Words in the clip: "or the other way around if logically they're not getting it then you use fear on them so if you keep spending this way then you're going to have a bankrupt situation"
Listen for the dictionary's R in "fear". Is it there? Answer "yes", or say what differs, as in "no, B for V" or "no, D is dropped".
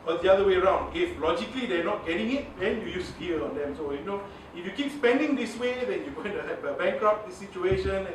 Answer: no, L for R